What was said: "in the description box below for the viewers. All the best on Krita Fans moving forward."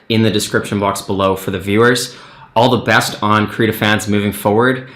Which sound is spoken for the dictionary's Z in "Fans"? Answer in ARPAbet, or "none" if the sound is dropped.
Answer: Z